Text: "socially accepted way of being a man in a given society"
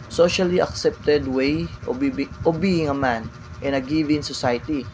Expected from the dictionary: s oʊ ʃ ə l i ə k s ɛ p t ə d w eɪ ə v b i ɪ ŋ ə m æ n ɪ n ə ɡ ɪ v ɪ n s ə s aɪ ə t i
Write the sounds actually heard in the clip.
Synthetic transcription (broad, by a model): s oʊ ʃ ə l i ə k s ɛ p t ə d w eɪ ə b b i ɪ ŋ ə m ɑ n ɪ n ə ɡ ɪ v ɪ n s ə s aɪ t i